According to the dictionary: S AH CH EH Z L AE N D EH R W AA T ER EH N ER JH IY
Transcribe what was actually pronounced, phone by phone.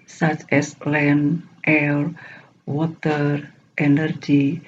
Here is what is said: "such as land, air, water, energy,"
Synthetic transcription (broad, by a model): S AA CH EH S L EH N EH L W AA T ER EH N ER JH IY